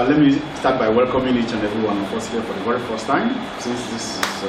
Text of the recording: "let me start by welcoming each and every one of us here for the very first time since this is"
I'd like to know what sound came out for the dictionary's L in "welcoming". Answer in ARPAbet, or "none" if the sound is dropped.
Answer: L